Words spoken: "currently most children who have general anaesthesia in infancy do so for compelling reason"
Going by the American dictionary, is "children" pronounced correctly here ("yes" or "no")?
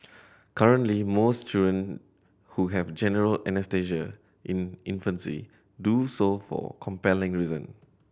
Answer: no